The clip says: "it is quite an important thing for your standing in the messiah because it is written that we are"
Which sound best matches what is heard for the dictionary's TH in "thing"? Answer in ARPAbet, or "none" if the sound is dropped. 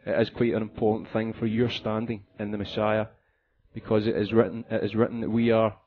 TH